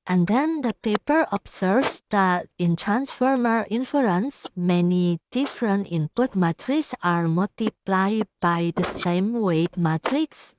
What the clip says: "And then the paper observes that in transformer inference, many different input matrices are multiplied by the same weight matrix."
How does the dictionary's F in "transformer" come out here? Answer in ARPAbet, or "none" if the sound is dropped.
F